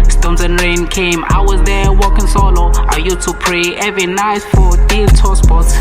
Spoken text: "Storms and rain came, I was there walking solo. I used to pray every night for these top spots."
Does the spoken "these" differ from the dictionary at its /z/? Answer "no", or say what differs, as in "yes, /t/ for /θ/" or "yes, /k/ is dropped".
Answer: yes, /z/ is dropped